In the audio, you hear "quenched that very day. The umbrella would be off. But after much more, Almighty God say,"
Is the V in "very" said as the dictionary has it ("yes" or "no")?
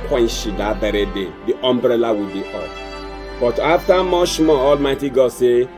no